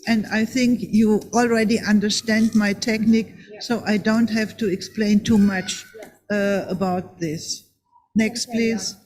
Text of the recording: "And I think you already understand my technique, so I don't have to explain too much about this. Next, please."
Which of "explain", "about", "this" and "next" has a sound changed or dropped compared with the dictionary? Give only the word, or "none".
none